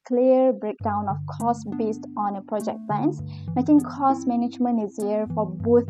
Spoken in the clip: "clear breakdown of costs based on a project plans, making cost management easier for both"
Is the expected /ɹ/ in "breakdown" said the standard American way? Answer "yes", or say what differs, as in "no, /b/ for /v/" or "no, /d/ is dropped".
yes